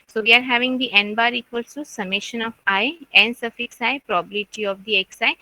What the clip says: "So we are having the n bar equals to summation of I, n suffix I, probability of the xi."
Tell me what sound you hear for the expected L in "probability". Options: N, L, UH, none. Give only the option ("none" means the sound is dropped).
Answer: none